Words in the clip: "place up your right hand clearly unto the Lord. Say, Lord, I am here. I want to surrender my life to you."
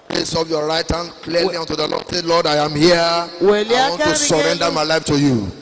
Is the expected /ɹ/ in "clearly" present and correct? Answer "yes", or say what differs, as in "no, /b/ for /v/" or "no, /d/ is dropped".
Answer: no, /l/ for /ɹ/